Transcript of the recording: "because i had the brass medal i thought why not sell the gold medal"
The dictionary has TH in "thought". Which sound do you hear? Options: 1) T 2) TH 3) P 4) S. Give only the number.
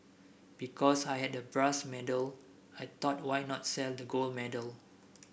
1